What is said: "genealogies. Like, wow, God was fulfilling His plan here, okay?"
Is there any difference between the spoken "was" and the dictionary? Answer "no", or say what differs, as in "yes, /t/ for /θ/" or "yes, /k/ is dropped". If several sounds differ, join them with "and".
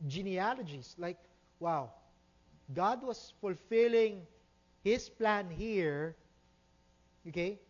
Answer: yes, /s/ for /z/